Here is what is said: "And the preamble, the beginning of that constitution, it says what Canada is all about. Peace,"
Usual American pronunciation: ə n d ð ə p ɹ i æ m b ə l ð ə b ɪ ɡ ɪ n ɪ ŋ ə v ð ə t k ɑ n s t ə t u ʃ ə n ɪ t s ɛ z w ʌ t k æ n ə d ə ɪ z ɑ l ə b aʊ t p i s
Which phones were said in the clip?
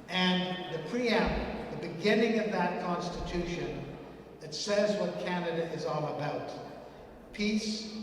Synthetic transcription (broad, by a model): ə n ð ə p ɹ i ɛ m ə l ð ə b ɪ ɡ ɪ n ɪ ŋ ə v ð ə t k ɑ n s t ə t u ʃ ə n ɪ t s ɛ z w ʌ t k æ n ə d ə ɪ z ɑ l ə b aʊ t p i s